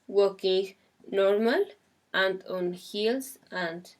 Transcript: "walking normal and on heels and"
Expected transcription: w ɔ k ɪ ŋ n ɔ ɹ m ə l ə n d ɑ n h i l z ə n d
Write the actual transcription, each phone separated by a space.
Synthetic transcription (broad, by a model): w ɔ k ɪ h n ɔ ɹ m ə l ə n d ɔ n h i l s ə n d